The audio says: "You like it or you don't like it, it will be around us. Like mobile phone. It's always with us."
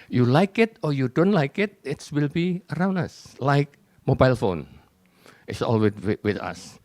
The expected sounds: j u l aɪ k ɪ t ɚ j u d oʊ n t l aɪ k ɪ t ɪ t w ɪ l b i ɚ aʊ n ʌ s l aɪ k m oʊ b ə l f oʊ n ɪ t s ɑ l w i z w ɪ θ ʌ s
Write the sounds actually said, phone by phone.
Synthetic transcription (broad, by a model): j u l aɪ k ɪ t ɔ j u d oʊ n t l aɪ k ɪ t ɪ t w ɪ l b i ɚ aʊ n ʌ s l aɪ k m oʊ b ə l f oʊ n ɪ t s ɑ l w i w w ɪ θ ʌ s